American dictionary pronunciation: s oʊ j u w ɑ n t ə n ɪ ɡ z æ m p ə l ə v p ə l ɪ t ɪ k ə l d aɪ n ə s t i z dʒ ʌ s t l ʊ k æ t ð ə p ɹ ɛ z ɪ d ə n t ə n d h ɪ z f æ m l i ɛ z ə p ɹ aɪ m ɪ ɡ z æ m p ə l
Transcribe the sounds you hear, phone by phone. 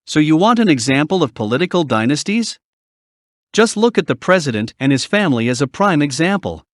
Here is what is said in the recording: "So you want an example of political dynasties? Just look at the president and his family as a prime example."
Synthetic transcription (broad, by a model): s oʊ j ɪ w ɑ n t ə n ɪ ɡ z æ m p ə l ə v p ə l ɪ t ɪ k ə l d aɪ n ə s t i z dʒ ʌ s t l ʊ k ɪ t ð ə p ɹ ɛ z ɪ d ə n t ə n ɪ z f æ m l i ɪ z ə p ɹ aɪ m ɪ ɡ z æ m p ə l